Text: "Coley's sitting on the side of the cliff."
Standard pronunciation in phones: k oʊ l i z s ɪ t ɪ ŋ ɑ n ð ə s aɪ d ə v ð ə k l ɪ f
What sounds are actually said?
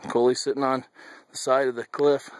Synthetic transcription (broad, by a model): k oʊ l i s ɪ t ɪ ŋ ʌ n ð ə s aɪ d ə v ð ə k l ɪ f